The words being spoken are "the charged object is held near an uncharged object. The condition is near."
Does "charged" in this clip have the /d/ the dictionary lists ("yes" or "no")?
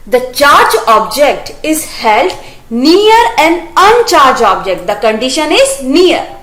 no